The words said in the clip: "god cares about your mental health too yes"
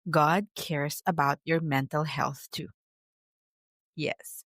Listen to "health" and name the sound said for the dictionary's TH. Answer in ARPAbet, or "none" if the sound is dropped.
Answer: TH